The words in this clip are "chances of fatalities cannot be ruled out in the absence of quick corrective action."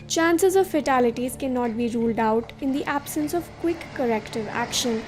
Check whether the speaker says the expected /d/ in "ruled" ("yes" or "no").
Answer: yes